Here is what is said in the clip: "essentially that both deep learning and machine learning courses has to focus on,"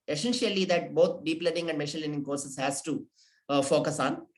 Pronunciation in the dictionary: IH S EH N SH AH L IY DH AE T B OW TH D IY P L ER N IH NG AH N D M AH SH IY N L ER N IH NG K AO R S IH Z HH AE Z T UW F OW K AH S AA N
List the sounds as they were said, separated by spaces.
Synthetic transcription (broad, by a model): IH S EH N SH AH L IY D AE T B OW T D IY P L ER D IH NG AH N D M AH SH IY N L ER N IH NG K AO R S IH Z HH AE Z T UW F OW K AH S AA N